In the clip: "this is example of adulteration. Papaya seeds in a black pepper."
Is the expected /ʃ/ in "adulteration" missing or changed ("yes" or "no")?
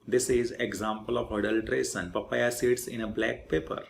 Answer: yes